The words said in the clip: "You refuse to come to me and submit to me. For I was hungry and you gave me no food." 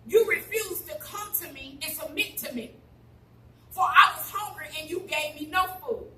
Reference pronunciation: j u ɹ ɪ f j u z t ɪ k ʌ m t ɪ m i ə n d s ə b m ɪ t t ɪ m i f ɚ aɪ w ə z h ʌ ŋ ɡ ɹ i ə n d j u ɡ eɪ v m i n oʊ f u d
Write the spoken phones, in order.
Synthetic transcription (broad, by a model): j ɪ ɹ ɪ f j u z t ɪ k ʌ m t ɪ m i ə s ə m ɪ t t ɪ m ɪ f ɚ aɪ w ə z h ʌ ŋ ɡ ɹ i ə n j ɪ ɡ eɪ v m i n oʊ f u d